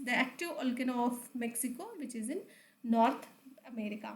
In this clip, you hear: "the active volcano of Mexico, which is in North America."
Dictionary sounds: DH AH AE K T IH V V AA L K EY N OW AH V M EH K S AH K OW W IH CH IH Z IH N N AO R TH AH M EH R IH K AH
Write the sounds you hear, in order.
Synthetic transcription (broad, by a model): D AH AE K T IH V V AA L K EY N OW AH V M EH K S AH K OW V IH CH IH Z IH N N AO R T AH M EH R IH K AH